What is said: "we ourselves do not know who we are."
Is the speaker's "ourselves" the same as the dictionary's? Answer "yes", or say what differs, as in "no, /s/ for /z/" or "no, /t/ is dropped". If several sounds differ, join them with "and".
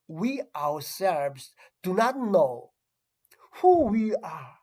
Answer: no, /w/ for /ɹ/